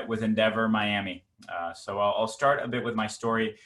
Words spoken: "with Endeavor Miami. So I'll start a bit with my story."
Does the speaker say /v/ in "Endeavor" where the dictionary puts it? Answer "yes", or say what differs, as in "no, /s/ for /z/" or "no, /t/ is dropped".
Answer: yes